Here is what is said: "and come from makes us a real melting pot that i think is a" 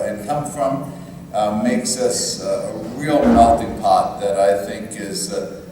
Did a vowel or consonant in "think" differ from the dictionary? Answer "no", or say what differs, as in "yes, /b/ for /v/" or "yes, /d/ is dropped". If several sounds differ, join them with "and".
no